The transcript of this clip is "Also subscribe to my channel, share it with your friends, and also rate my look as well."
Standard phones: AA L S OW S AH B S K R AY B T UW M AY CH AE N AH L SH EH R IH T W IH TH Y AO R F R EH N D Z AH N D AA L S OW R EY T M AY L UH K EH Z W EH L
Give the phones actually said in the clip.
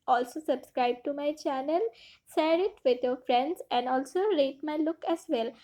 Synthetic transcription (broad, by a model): AA L S OW S AH B S K R AY B T UW M AY CH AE N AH L S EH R IH T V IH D Y AO R F R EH N D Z AH N D AA L S OW R EY T M AY L UH K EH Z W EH L